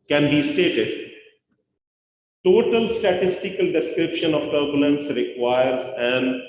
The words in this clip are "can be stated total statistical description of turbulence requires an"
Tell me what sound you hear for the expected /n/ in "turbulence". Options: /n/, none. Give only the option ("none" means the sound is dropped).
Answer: /n/